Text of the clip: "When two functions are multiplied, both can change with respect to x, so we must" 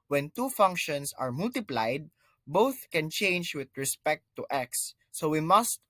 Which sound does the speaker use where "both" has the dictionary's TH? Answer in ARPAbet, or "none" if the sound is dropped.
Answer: TH